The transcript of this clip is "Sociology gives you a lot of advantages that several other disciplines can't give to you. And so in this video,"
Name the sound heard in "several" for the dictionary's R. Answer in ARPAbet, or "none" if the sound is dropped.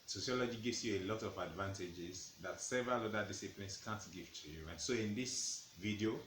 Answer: R